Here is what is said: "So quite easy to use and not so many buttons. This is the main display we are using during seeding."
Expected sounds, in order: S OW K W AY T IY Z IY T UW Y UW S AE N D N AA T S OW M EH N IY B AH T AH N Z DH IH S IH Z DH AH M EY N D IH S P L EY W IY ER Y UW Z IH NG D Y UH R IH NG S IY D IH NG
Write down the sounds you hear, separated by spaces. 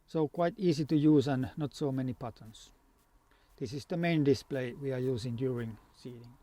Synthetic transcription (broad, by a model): S OW K W AY T IY S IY T UW Y UW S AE N N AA T S OW M EH N IY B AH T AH N S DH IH S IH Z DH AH M EY N D IH S P L EY W IY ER Y UW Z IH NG D Y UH R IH NG S IY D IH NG